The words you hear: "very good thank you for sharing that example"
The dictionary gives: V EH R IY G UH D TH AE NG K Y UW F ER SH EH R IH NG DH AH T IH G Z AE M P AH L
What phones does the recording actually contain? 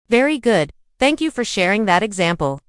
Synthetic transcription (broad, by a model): V EH R IY G UH D TH AE NG K Y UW F ER SH EH R IH NG DH AH T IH G Z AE M P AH L